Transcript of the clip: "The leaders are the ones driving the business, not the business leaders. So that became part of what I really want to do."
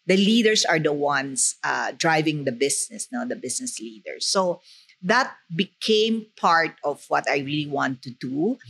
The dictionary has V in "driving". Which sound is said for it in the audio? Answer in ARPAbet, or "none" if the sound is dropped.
V